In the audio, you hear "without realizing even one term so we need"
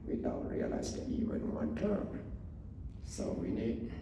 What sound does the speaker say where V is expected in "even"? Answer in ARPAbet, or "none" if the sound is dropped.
W